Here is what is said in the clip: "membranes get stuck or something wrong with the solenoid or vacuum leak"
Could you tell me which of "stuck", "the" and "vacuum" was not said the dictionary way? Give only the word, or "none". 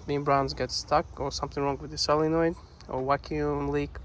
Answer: vacuum